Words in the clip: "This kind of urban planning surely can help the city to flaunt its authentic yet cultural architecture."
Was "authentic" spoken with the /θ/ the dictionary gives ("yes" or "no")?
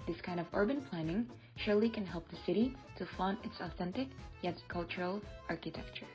yes